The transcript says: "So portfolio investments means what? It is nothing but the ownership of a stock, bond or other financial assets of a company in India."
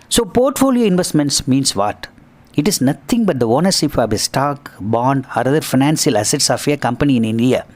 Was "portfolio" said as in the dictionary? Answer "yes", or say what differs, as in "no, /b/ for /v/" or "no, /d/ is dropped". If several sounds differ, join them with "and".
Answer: yes